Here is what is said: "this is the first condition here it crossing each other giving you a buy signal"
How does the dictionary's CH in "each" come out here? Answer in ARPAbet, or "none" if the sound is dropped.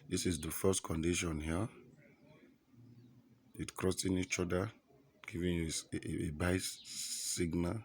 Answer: CH